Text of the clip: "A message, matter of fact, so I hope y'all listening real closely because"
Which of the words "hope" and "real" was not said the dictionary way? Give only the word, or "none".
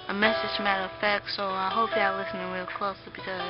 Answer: real